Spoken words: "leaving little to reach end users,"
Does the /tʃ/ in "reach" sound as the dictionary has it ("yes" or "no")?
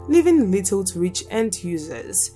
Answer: yes